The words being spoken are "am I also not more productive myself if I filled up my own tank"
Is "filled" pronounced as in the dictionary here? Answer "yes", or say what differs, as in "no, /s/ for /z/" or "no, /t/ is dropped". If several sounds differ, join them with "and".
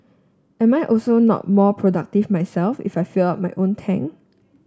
no, /d/ is dropped